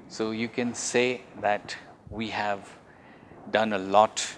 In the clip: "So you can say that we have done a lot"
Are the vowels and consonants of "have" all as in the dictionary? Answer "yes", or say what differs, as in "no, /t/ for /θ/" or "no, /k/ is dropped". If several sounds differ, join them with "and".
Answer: yes